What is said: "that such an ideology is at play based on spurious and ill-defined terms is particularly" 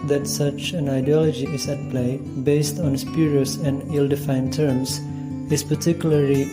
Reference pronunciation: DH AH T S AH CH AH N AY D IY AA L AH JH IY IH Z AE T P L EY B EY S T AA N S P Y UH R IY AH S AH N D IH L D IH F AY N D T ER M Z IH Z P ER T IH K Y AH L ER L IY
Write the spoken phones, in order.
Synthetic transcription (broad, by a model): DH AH T S AH CH AH N AY D IY AA L AH JH IY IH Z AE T P L EY B EY S T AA N S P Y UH R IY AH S AH N D IH L D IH F AY N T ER M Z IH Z P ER T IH K Y L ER L IY